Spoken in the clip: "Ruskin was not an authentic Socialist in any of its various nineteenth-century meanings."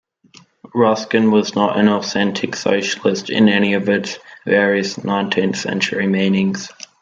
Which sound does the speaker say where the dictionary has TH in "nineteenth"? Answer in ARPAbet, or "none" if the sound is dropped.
TH